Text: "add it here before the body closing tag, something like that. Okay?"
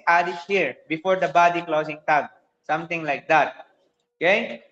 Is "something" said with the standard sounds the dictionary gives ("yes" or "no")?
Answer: no